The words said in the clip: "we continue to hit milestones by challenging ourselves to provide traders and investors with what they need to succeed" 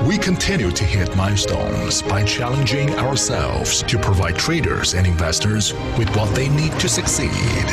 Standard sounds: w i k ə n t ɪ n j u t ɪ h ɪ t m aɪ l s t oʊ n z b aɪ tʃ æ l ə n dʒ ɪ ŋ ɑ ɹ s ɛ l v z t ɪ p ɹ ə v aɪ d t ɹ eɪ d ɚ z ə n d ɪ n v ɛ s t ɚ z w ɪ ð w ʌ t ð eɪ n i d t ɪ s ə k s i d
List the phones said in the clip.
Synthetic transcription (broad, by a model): w i k ə n t ɪ n j u t ɪ h ɪ t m aɪ s t oʊ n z b aɪ tʃ æ l ə n dʒ ɪ ŋ ɑ ɹ s ɛ l v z t ɪ p ɹ ə v aɪ d t ɹ eɪ d ɚ z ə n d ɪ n v ɛ s t ɚ z w ɪ ð w ʌ t ð eɪ n i d t ɪ s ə k s i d